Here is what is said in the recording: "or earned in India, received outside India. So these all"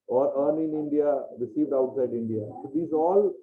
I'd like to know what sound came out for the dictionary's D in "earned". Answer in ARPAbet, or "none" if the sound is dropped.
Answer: none